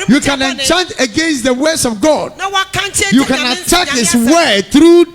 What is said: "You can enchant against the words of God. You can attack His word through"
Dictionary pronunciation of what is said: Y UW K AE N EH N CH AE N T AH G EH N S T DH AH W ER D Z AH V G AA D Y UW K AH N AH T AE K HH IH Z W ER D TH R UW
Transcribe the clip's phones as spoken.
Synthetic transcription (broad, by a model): Y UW K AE N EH N CH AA N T AH G EH N S T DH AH W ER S AH V G AA D Y UW K AH N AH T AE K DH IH S W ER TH R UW